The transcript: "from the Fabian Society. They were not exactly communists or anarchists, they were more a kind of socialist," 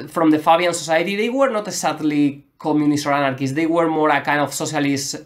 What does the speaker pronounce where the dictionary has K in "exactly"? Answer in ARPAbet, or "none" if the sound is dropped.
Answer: none